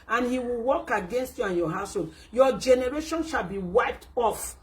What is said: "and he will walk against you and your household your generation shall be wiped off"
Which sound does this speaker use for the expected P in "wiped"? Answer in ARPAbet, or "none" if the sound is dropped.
P